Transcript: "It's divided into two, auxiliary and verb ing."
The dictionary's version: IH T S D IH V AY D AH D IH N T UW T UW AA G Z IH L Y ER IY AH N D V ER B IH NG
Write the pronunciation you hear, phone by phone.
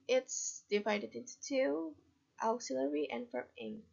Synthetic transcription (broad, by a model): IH T S D IH V AY D AH D IH N T UW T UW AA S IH L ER IY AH N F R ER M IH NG